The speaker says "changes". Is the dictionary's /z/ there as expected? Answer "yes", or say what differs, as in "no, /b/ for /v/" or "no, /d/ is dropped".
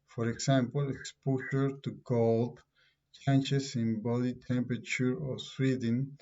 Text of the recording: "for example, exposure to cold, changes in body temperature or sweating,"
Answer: no, /s/ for /z/